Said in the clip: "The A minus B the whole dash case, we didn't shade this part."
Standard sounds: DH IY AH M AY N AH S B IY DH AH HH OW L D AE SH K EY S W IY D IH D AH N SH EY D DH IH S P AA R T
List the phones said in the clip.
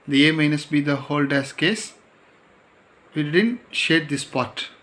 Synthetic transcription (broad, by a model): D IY AH M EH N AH S B IY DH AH HH OW L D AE S K EY S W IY D IH D AH N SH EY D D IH S P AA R T